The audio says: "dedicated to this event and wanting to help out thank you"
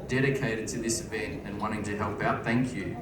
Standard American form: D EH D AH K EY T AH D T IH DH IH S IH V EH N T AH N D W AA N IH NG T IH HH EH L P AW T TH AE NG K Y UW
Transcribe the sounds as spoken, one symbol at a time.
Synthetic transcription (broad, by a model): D EH D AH K EY T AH D T IH DH IH S IH V EH N T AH N W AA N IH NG T IH HH EH L P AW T TH AE NG K Y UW